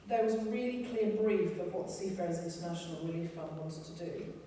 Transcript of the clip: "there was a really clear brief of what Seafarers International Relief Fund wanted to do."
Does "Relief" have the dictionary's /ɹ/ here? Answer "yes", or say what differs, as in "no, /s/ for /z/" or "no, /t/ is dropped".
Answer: yes